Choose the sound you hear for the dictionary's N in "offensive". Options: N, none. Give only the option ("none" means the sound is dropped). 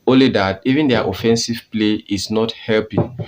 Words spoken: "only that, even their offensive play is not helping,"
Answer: N